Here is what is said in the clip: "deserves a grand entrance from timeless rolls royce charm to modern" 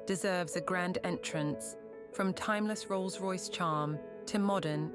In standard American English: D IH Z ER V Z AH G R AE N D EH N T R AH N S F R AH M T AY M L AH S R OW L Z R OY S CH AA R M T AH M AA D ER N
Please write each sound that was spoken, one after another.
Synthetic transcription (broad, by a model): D IH Z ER V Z AH G R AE N D EH N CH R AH N S F R AH M T AY M L AH S R OW L Z R OY S CH AA M T AH M AA D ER N